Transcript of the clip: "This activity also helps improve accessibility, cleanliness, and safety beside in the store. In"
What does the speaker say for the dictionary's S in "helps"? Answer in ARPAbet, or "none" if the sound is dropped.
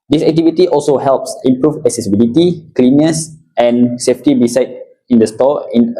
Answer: S